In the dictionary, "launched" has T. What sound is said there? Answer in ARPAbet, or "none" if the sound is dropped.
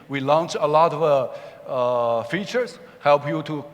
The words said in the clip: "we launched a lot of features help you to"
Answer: none